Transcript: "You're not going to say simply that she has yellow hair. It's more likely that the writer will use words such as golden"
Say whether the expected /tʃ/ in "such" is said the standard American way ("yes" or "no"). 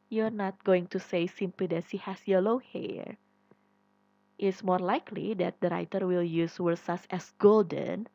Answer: no